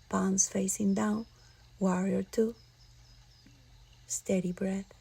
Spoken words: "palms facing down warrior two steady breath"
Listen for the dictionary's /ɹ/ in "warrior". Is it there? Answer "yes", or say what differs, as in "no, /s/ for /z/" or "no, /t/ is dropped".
yes